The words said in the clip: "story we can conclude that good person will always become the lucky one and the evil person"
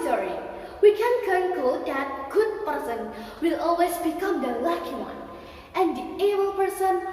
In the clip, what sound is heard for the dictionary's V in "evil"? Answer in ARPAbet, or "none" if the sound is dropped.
B